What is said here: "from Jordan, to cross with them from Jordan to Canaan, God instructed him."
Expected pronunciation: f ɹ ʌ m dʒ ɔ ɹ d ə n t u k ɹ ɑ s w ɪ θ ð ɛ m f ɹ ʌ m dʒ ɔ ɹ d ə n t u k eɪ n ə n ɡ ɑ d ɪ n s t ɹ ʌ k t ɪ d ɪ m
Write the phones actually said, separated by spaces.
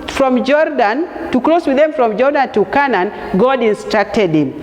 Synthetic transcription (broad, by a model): f ɹ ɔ m dʒ ɔ ɹ d ə n t u k l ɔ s w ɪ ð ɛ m f ɹ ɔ m dʒ ɔ ɹ d ə n t u k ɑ n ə n ɡ ɑ d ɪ n s t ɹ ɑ k t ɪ d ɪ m